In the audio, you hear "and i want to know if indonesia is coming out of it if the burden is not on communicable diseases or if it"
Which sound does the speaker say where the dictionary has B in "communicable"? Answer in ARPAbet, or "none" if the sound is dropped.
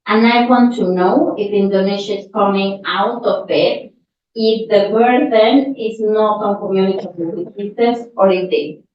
none